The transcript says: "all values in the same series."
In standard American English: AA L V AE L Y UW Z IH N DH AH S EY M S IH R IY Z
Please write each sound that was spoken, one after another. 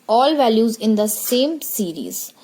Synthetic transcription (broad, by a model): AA L V AE L Y UW Z IH N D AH S EY M S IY R IY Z